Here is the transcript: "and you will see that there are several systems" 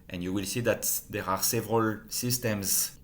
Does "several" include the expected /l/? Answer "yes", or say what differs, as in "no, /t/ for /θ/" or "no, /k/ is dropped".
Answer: yes